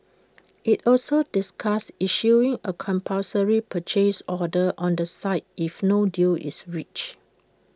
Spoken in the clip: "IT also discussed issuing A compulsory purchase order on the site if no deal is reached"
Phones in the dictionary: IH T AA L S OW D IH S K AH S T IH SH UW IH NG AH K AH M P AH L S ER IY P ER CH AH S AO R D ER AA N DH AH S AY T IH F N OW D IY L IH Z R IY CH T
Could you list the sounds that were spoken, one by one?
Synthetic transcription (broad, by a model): IH T AA L S OW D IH S K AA S IH SH UW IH NG AH K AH M P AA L S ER IY P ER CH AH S AO D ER AA N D AH S AY T IH F N OW D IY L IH S R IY CH